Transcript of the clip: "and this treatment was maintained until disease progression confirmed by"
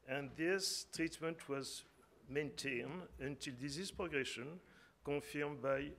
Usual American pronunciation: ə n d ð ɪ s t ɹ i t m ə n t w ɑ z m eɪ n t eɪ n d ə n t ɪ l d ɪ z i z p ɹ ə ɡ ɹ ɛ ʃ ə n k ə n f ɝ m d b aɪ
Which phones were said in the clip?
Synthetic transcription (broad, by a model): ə n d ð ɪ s t ɹ i t m ə n t w ɑ z m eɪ n t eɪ n d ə n t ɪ l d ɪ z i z p ɹ ə ɡ ɹ ɛ ʃ ə n k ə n f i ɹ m b aɪ